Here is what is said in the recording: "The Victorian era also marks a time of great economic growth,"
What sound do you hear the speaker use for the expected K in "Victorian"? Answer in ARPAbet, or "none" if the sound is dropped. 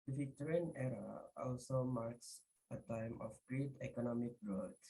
none